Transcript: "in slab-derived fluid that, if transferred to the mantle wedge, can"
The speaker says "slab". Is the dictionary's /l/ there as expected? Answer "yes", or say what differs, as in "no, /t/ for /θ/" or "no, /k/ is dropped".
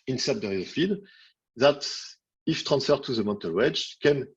no, /l/ is dropped